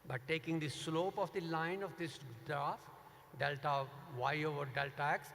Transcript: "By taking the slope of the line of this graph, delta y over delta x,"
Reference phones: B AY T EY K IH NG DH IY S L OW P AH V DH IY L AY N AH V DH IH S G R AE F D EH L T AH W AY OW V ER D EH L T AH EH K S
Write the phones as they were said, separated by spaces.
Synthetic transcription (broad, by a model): B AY T EY K IH NG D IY S L OW P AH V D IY L AY N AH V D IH S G R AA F D EH L T AH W AY OW V ER D EH L T AH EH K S